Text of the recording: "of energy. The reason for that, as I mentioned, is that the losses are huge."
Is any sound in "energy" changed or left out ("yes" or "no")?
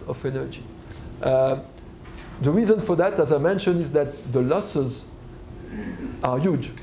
no